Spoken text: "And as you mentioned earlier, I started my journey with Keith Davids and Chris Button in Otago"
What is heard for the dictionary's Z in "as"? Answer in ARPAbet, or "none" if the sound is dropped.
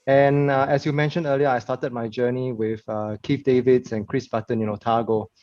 S